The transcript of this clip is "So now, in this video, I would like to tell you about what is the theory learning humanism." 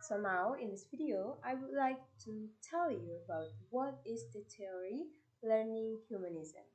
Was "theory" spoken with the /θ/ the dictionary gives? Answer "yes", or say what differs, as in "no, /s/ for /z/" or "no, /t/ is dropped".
no, /t/ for /θ/